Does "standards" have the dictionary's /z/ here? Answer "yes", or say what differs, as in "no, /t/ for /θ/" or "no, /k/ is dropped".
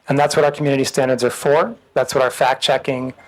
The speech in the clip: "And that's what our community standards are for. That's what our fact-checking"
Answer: yes